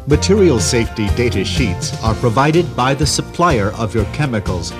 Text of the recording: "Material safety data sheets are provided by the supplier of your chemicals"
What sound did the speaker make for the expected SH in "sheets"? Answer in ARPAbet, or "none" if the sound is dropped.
SH